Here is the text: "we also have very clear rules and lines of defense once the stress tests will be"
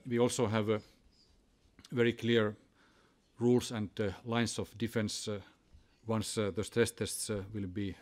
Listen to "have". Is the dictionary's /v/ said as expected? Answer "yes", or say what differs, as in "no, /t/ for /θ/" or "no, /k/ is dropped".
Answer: yes